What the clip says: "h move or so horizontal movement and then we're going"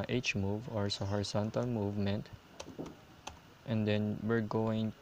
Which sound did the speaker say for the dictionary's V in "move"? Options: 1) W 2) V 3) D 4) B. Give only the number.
2